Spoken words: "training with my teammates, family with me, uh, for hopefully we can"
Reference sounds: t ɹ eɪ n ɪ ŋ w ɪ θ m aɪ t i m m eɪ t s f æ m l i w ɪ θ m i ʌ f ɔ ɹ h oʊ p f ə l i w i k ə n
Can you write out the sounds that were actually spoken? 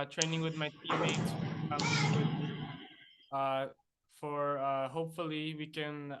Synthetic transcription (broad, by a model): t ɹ eɪ n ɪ ŋ w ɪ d m aɪ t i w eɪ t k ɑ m i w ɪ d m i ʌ f ɔ ɹ h oʊ p f ə l i w i k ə n